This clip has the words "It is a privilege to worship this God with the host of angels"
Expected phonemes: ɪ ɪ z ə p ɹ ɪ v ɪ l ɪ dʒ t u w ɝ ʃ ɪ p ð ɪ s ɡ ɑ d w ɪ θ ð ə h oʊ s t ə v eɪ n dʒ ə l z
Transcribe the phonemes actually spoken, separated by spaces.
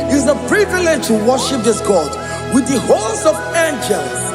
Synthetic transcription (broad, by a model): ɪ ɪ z ə p ɹ ɪ v ɪ l ɪ dʒ t u w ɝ ʃ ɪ p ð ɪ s ɡ ɑ d w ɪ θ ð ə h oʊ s ə v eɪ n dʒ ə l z